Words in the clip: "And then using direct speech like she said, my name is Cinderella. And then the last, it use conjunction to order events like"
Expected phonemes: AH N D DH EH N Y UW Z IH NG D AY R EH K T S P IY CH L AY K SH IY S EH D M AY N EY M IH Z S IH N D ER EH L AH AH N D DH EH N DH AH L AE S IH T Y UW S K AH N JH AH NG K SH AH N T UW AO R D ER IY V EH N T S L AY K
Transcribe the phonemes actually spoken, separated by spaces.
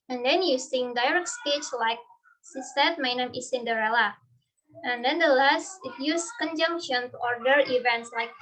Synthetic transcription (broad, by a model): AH N D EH N Y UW S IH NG D AY R EH K T S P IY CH L AY K S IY S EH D M AY N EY M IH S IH N D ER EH L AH AH N D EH N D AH L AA S IH T Y UW S K AH N JH AH NG K SH AH N T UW AO R D ER IY V EH N T S L AY K